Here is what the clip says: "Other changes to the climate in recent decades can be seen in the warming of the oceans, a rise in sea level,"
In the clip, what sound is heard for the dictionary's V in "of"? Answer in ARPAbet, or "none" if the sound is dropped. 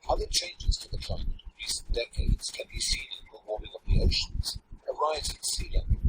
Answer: P